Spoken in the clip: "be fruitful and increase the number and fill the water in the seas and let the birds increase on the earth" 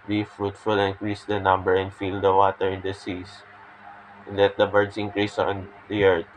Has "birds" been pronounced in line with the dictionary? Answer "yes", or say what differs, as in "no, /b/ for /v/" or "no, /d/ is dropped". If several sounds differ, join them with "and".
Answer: no, /s/ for /z/